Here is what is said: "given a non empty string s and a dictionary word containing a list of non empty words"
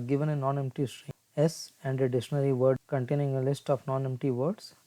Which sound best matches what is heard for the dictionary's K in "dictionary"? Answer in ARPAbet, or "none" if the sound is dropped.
none